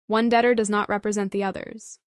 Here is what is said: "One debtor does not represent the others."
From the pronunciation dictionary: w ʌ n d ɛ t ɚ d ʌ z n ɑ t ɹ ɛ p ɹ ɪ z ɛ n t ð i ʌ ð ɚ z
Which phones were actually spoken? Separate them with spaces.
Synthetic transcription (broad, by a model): w ʌ n d ɛ t ɚ d ʌ z n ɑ t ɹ ɛ p ɹ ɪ z ɛ n ð i ʌ ð ɚ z